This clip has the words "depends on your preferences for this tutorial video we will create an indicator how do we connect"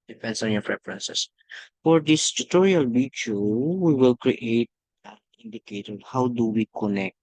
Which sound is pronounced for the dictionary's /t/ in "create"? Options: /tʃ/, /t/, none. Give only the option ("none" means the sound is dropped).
none